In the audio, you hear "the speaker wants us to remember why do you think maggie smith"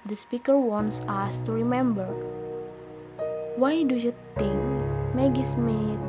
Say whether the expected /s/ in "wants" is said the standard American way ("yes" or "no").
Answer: yes